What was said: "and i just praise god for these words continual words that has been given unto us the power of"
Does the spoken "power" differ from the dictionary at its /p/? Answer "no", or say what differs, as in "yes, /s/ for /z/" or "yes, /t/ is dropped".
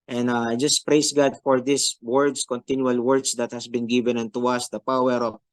no